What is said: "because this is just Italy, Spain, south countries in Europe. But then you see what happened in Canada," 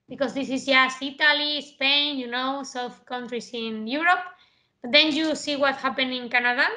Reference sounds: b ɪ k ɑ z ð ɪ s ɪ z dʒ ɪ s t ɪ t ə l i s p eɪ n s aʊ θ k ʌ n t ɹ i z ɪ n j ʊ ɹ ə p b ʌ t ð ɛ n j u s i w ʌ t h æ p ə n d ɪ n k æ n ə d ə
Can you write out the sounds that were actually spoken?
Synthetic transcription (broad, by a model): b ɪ k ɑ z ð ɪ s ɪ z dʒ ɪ s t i t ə l i s p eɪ n s aʊ θ k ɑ n t ɹ i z ɪ n j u ɹ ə p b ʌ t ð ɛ n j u s i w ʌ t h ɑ p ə n ɪ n k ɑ n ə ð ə